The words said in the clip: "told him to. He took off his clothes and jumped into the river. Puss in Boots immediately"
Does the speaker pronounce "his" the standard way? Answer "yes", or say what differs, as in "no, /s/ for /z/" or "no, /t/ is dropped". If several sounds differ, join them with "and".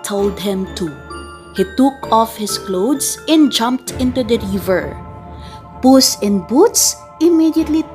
no, /s/ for /z/